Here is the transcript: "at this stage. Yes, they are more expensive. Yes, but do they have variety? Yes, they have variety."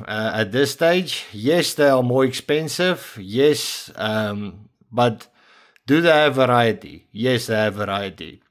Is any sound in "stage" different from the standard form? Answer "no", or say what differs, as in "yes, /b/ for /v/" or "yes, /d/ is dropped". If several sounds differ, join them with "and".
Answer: no